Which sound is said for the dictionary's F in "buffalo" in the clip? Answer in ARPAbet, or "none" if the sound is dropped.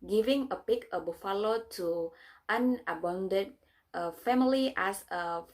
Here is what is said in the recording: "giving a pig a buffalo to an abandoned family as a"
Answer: F